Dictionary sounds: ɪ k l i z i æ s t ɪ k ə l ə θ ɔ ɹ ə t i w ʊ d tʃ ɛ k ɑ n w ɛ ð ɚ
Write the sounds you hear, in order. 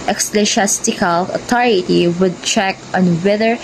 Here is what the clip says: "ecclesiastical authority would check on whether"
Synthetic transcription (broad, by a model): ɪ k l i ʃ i s t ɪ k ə l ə t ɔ ɹ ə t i w ʊ d tʃ ɛ k ɑ n w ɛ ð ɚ